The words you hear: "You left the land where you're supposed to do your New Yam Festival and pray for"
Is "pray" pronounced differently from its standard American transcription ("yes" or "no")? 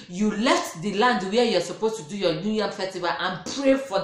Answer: no